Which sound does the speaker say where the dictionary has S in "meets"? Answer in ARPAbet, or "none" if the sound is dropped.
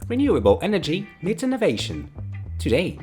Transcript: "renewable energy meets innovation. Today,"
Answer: none